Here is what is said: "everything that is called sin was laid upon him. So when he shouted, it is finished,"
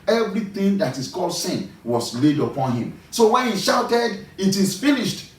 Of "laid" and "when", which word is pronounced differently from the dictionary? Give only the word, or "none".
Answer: none